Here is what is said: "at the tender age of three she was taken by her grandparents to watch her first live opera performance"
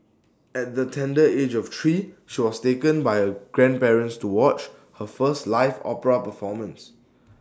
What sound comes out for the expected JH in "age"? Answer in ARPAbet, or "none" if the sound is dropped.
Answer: JH